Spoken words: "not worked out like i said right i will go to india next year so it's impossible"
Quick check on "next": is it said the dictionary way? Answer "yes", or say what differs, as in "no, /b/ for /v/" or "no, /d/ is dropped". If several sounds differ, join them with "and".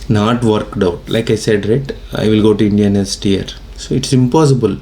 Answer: no, /k/ is dropped